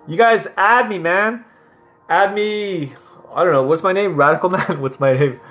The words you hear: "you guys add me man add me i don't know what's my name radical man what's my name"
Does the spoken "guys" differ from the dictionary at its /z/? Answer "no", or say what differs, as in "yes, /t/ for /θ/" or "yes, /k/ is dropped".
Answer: no